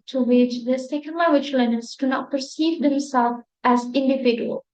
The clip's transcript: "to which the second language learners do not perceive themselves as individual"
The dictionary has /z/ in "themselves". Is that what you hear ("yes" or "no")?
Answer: no